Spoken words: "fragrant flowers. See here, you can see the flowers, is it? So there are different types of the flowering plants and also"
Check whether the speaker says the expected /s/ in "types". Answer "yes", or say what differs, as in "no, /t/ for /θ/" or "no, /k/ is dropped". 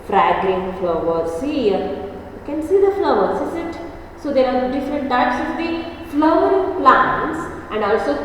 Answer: yes